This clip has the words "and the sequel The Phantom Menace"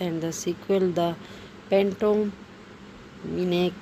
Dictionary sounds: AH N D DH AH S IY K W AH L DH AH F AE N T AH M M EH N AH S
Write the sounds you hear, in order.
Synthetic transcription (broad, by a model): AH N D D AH S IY K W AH L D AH P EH N T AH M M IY N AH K